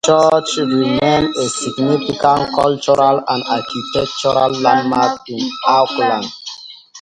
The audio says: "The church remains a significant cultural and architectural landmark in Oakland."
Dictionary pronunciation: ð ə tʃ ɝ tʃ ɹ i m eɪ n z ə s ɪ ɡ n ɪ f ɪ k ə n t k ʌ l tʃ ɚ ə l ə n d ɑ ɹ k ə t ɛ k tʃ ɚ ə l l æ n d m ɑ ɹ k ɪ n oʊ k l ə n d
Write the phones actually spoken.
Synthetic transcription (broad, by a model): tʃ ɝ tʃ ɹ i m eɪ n ə s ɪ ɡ n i f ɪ k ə n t k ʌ l tʃ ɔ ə l ə n d ɑ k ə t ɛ k tʃ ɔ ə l l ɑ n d m ɑ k ɪ n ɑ k l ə n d